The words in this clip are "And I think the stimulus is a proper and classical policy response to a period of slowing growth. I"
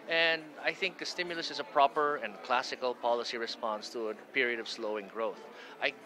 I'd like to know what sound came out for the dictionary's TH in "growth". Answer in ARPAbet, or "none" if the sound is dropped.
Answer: TH